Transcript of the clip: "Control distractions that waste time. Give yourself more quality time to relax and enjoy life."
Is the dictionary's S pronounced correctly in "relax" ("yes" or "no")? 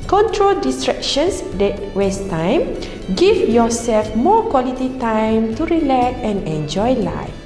no